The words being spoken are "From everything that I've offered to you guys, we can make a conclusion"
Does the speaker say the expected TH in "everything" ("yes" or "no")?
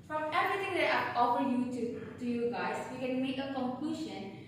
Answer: no